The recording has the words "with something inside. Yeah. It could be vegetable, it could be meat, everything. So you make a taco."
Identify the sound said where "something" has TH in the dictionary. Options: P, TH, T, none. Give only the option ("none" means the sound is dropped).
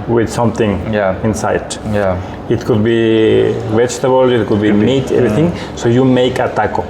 T